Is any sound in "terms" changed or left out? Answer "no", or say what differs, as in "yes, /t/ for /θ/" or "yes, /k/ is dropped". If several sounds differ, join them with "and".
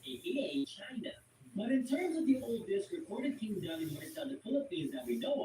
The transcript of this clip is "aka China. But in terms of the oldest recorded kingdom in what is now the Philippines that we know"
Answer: no